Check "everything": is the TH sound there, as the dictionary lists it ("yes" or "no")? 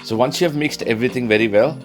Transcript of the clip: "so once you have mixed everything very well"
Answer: no